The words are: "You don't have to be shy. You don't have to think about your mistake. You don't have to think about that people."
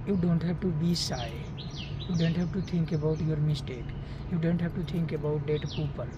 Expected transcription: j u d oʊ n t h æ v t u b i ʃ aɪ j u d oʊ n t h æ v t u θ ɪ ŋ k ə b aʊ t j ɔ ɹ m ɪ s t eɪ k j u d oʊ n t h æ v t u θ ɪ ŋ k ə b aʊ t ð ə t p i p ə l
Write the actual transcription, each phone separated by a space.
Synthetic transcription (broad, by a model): j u d oʊ n t h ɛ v t u b i s aɪ j u d oʊ n t h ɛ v t u t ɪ ŋ k ə b aʊ t j ɔ ɹ m ɪ s t eɪ k j u d oʊ n t h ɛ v t u t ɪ ŋ k ə b aʊ t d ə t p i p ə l